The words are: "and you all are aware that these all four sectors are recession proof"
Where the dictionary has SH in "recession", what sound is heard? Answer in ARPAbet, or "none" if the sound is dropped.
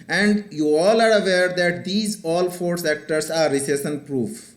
S